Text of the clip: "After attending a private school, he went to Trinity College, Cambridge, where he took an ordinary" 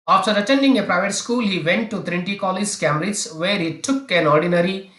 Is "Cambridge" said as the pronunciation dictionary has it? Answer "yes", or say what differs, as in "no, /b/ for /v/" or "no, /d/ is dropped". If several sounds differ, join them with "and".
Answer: no, /b/ is dropped